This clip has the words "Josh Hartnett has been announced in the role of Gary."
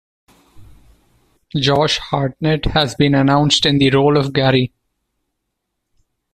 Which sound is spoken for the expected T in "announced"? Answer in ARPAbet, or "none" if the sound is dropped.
T